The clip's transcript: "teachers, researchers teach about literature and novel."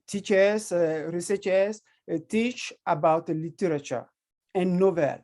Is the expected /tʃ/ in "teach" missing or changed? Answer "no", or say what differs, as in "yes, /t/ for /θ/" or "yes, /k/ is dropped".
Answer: no